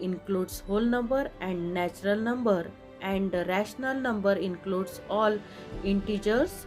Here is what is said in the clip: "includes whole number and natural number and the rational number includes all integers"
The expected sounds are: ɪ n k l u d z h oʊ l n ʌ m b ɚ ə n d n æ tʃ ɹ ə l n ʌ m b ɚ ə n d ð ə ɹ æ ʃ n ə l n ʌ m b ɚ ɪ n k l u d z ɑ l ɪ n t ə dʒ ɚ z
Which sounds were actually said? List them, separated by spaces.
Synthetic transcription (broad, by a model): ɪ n k l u d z h oʊ l n ʌ m b ɚ ə n d n æ tʃ ɹ ə l n ʌ m b ɚ ə n d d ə ɹ æ ʃ n ə l n ʌ m b ɚ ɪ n k l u d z ɑ l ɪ n t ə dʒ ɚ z